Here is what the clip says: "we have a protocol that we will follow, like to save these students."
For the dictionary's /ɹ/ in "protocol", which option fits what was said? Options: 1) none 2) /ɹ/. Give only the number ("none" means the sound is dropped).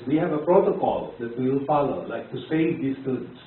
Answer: 2